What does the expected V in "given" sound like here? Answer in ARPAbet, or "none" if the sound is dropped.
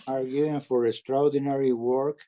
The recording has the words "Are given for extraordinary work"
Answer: none